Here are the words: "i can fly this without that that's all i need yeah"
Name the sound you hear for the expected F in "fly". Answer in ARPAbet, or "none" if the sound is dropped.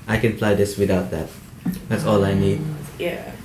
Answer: P